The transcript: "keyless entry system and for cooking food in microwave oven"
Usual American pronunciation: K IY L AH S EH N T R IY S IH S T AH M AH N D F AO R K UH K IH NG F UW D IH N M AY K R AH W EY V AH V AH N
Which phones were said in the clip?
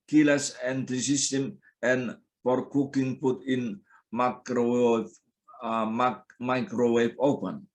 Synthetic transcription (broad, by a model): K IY L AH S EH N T IY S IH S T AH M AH N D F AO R K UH K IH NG P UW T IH N M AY K R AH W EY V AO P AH N